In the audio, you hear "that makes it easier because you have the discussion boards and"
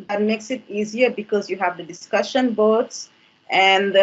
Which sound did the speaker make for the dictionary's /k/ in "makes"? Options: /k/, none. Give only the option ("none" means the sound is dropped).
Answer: /k/